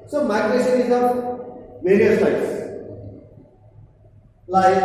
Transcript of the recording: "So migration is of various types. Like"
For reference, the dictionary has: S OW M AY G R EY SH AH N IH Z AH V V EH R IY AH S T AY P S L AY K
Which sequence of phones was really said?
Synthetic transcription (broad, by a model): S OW M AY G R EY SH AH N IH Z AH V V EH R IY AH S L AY S L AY